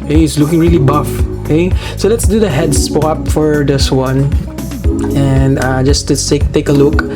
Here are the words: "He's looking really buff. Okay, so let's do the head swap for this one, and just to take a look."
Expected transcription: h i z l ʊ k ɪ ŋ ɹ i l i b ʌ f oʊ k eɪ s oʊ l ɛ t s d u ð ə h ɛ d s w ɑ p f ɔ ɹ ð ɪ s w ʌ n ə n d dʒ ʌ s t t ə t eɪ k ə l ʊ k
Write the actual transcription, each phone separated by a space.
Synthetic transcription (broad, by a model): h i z l ʊ k ɪ ŋ ɹ i l i b ʌ f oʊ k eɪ s oʊ l ɛ t s d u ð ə h ɛ d s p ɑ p f ɔ ɹ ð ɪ s w ʌ n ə n d dʒ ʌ s t s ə t eɪ k ə l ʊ k